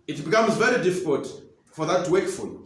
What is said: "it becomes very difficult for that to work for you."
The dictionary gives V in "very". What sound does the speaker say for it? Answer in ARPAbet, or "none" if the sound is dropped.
V